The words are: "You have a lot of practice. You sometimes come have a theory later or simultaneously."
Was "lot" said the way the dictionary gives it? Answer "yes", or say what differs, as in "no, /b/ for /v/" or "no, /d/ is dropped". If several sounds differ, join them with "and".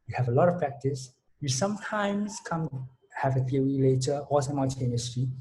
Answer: yes